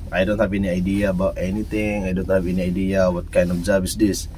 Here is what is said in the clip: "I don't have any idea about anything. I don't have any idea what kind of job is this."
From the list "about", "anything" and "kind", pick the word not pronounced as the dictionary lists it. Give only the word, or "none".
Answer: anything